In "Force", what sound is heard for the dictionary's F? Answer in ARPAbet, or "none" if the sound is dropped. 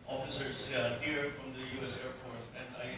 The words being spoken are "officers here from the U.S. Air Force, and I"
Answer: P